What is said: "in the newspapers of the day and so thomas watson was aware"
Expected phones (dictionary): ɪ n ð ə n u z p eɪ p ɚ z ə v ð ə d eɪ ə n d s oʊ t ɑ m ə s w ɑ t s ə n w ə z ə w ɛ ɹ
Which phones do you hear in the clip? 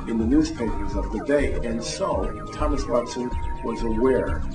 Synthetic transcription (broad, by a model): ɪ n ð ə n u z p eɪ p ɚ z ə v ð ə d eɪ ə n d s oʊ t ɑ m ə s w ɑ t s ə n w ə z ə w ɛ ɹ